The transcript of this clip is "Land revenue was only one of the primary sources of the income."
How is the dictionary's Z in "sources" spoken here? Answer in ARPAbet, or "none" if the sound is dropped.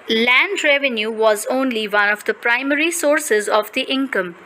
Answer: Z